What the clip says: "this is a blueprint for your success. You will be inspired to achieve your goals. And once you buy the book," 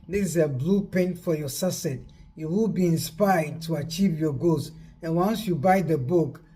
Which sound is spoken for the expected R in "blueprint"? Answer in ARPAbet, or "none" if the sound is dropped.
none